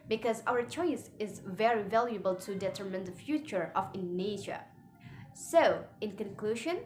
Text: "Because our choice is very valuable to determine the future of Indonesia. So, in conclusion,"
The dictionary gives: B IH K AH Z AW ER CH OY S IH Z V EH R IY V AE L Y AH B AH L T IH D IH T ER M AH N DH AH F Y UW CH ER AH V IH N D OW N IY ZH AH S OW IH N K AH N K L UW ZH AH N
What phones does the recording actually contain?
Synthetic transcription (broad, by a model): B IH K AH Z AW ER CH OY S IH Z V EH R IY V AE L Y AH B AH L T IH D IH T ER M AH N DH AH F Y UW CH ER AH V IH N N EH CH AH S OW IH N K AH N K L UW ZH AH N